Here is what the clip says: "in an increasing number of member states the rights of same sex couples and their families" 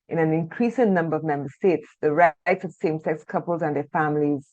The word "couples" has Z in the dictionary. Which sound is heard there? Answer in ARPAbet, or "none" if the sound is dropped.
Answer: Z